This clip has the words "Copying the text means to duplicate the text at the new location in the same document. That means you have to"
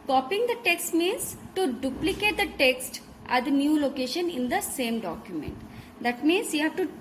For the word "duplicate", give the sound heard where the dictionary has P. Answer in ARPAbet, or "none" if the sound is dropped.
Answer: P